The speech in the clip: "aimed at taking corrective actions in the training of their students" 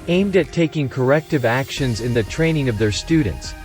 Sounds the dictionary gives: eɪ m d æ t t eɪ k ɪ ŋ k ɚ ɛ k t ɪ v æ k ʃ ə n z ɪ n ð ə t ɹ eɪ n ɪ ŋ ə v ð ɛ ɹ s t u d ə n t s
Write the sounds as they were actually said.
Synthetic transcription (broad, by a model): eɪ m d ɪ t t eɪ k ɪ ŋ k ɚ ɛ k t ɪ v æ k ʃ ə n z ɪ n ð ə t ɹ eɪ n ɪ ŋ ə v ð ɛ ɹ s t u d n t s